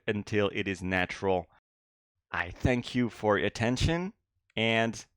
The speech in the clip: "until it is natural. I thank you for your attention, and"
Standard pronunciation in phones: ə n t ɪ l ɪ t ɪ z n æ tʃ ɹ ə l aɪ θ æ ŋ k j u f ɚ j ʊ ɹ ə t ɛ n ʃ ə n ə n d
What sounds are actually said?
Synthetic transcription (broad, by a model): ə n t ɪ l ɪ t ɪ z n æ tʃ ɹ l aɪ θ æ ŋ k j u f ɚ ɹ ə t ɛ n ʃ ə n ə n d